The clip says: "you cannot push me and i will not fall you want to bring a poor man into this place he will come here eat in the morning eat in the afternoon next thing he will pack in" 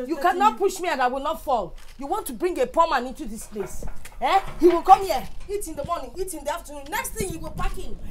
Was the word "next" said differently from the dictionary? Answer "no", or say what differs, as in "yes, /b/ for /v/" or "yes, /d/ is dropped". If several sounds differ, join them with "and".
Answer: no